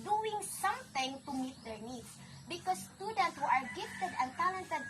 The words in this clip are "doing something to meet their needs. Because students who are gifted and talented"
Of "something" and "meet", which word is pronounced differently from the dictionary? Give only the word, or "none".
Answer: something